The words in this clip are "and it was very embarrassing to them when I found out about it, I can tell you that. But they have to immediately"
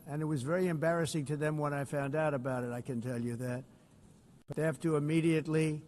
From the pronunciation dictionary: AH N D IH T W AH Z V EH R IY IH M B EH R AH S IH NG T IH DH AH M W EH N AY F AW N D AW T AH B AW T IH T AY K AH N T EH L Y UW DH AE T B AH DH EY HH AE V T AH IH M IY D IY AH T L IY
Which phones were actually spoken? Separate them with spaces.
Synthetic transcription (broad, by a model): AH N IH T W AH Z V EH R IY IH M B EH R AH S IH NG T IH DH AH M W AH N AY F AW N D AW T AH B AW T IH T AY K AH N T EH L Y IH DH AE T B AH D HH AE F T AH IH M IY D IY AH T L IY